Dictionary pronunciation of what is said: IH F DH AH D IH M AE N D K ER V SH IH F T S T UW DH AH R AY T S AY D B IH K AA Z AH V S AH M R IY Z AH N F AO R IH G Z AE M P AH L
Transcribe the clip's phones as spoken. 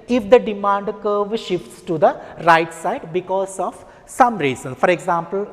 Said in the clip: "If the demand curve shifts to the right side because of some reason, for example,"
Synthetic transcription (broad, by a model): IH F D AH D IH M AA N D K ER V SH IH F T S T UW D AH R AY T S AY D B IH K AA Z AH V S AH M R IY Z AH N F AO R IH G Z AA M P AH L